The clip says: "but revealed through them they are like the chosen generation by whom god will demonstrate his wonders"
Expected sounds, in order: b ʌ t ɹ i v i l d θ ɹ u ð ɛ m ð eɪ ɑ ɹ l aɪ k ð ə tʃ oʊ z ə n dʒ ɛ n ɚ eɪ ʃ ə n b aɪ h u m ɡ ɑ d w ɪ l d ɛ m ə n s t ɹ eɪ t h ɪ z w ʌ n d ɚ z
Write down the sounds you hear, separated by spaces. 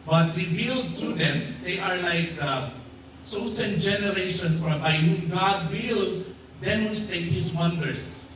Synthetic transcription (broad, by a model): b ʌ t ɹ i v i l d t ɹ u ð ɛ m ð eɪ ɑ ɹ l aɪ k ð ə s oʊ s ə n dʒ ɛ n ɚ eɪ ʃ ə n b aɪ h u m ɡ ɑ d w ɪ l d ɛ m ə n s t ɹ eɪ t h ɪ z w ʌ n d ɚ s